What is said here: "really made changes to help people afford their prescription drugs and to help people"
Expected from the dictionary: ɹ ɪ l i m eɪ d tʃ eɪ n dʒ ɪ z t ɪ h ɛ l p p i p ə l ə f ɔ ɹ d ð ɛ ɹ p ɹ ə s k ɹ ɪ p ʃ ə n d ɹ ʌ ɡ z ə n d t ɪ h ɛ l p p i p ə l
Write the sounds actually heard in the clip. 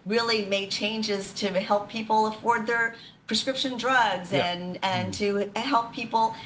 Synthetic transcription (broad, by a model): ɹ ɪ l i m eɪ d tʃ eɪ n dʒ ɪ z t ɪ h ɛ l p p i p l ə f ɔ ɹ d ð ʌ ɹ p ɹ ə s k ɹ ɪ p ʃ ə n d ɹ ʌ ɡ z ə n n t ɪ h ɛ l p p i p l